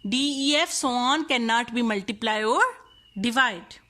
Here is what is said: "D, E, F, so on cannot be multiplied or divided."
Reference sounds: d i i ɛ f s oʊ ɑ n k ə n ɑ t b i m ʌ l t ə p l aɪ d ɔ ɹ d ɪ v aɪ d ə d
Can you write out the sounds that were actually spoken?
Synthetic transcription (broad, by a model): d i i ɛ f s oʊ ɑ n k ə n ɑ t b i m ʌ l t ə p l aɪ ɔ ɹ d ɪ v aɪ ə d